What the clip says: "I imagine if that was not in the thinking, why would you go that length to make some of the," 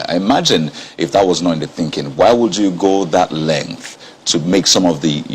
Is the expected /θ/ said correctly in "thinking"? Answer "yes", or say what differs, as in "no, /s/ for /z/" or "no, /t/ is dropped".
yes